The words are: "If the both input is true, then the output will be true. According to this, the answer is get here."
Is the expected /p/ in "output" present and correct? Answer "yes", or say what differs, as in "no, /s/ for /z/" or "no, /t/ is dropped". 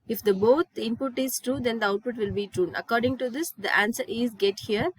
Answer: yes